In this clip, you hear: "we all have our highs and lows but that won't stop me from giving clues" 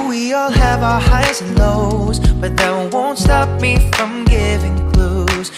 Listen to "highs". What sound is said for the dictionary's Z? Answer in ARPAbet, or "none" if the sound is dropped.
none